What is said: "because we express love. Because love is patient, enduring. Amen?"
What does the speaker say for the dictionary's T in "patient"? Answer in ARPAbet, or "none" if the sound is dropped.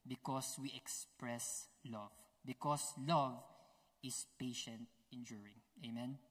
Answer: T